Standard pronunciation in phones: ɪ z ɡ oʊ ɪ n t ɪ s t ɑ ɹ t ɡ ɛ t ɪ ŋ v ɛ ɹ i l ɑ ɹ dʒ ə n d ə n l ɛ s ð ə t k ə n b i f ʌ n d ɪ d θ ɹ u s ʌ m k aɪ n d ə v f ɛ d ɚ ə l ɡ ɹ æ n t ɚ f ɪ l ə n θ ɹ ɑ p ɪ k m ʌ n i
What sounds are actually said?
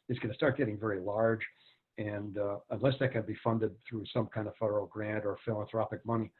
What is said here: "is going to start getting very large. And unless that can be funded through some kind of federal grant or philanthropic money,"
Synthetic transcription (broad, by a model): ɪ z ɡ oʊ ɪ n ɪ s t ɑ ɹ t ɡ ɛ t ɪ ŋ v ɛ ɹ i l ɑ ɹ dʒ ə n ə n l ɛ s ð ə t k ə n b i f ʌ n d ɪ d θ ɹ u s ʌ m k aɪ n d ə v f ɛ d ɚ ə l ɡ ɹ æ n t ɚ f ɪ l ə n θ ɹ ɑ p ɪ k m ʌ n i